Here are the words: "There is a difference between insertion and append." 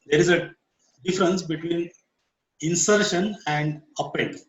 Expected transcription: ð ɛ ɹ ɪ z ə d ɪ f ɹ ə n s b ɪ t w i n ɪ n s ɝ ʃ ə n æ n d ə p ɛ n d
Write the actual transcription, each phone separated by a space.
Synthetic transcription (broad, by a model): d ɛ ɹ ɪ z ə d ɪ f ɹ ə n s b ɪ t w i n ɪ n s ɝ ʃ ə n æ n d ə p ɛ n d